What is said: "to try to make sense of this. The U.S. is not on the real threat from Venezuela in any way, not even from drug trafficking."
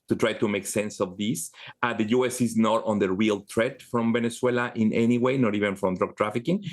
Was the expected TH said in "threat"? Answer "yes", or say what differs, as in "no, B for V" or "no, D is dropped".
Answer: no, T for TH